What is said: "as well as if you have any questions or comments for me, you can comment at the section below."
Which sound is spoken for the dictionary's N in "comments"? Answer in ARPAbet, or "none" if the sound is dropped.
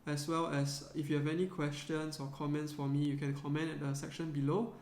N